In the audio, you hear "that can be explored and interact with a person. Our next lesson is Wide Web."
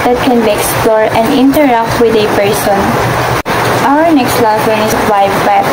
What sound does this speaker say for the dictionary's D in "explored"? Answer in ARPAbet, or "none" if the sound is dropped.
none